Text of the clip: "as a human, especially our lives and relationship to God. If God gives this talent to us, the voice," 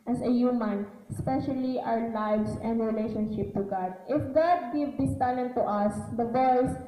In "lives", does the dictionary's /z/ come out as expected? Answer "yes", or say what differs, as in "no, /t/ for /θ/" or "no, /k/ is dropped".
no, /s/ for /z/